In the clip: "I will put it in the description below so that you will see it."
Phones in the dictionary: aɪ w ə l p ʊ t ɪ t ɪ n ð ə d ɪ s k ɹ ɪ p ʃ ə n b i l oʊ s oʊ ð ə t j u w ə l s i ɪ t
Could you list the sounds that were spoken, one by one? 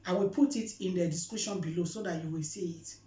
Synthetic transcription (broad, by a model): aɪ w ə l p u t ɪ t ɪ n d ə d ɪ s k u ʃ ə n b i l oʊ s oʊ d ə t j u w ə l s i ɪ t